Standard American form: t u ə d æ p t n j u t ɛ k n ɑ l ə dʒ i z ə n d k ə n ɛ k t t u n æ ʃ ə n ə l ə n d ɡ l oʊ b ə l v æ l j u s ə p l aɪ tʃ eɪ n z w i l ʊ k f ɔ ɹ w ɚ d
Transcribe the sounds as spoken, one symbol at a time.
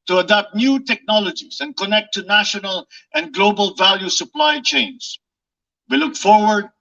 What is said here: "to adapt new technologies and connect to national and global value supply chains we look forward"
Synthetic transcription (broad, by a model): t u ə d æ p t n j u t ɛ k n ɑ l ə dʒ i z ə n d k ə n ɛ k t t u n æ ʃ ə n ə l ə n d ɡ l oʊ b ə l v æ l j u s ə p l aɪ tʃ eɪ n s w i l ʊ k f ɔ ɹ w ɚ d